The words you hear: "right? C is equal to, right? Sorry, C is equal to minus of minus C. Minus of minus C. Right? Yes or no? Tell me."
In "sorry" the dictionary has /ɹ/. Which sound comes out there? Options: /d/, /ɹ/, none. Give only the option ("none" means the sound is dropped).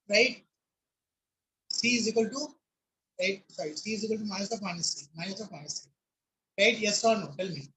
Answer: none